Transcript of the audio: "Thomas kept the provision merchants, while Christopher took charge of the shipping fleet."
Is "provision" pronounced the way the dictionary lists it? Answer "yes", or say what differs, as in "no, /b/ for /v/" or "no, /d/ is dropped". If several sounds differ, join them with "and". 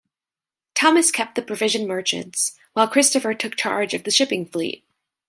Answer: yes